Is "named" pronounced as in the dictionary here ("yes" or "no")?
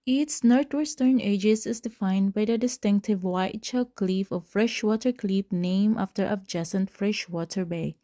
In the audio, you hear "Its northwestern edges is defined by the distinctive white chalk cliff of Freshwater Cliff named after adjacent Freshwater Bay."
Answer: no